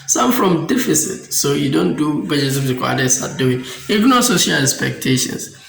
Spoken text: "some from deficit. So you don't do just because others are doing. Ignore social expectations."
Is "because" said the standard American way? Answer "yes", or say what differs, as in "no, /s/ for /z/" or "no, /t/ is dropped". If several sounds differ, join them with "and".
no, /k/ is dropped